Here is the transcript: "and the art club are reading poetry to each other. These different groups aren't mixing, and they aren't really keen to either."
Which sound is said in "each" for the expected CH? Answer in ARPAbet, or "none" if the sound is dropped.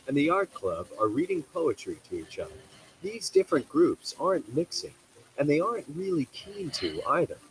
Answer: CH